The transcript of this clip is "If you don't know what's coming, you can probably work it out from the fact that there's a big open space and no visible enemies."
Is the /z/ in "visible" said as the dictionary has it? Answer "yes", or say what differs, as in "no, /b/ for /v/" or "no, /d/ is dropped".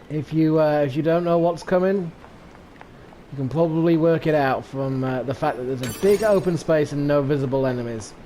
yes